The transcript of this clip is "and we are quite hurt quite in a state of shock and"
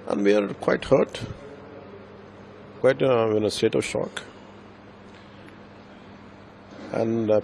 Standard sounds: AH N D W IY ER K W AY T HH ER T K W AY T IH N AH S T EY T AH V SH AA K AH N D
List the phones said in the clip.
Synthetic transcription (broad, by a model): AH N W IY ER K W AY T HH ER T K W AY T IH N AH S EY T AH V SH AA K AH N